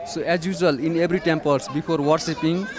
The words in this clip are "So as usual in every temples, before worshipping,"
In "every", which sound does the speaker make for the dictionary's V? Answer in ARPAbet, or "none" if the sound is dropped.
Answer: B